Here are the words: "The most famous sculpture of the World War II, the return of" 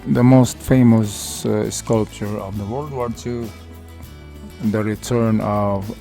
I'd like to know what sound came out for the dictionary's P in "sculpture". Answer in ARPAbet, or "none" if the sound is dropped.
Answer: P